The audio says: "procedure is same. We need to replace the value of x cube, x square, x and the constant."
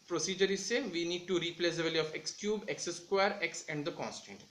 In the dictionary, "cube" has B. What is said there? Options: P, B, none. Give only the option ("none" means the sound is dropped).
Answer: B